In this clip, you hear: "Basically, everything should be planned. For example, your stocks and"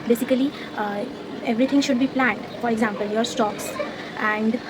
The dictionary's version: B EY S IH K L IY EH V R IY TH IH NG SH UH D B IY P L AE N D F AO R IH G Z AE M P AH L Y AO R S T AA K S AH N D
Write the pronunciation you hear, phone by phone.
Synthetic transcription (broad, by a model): B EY S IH K L IY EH V R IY T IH NG SH UH D B IY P L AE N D F AO R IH G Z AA M P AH L Y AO R S T AA K S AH N D